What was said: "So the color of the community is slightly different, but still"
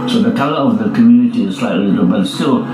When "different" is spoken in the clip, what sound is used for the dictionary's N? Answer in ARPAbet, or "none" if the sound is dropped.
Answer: none